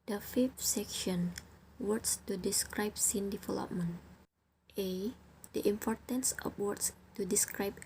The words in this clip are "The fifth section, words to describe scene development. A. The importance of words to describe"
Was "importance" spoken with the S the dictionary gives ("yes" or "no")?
yes